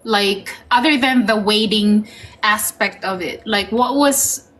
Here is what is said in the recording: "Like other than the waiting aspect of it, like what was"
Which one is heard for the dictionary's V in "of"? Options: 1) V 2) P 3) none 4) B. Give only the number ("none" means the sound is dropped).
1